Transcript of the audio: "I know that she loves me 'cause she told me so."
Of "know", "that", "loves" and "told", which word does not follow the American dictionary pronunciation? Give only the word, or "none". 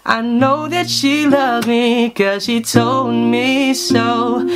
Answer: loves